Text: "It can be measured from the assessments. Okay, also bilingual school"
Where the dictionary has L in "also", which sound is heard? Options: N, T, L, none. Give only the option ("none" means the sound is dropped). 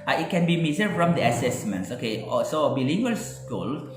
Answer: none